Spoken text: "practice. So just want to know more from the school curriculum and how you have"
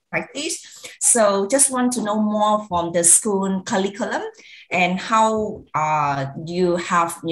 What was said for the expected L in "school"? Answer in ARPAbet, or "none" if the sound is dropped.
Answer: N